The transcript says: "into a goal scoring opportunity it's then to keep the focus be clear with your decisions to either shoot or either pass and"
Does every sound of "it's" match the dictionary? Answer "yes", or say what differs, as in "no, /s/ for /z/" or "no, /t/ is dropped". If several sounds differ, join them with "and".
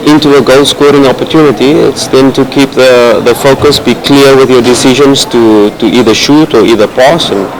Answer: yes